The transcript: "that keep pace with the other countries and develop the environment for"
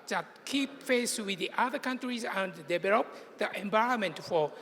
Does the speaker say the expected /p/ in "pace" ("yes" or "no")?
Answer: no